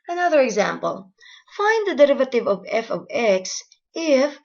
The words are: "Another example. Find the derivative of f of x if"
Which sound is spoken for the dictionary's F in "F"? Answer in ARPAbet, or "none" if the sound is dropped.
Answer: F